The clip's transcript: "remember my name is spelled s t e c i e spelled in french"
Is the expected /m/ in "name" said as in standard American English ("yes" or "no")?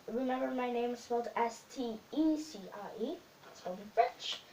no